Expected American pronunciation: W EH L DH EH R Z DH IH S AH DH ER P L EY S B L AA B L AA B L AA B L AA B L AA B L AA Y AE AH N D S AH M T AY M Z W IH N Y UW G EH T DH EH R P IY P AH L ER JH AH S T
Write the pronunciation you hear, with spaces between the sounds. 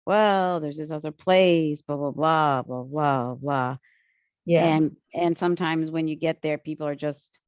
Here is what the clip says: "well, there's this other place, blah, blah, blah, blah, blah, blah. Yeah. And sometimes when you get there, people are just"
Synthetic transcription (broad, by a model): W EH L DH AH R Z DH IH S AH DH ER P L EY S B AA B L AA B L AA B L AA B L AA B L AA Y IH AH N S AH M T AY M Z W IH N Y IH G EH T DH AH R P IY P L ER JH AH S T